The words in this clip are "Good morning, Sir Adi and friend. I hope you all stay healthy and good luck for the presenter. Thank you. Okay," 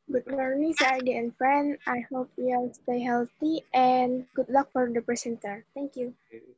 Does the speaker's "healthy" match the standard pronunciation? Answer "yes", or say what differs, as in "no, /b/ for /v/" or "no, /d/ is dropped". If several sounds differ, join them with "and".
no, /t/ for /θ/